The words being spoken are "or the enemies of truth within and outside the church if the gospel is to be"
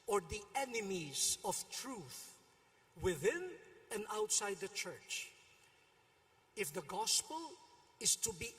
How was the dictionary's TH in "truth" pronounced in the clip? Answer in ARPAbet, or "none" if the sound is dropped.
TH